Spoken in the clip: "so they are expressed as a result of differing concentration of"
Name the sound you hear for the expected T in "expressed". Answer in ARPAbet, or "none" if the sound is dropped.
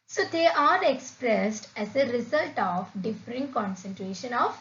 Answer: T